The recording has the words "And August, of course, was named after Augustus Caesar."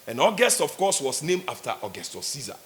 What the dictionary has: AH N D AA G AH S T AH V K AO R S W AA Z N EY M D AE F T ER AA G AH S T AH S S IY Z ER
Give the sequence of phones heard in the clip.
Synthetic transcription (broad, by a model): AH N AA G AH S T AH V K AO S W AA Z N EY M AA F T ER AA G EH S T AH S S IY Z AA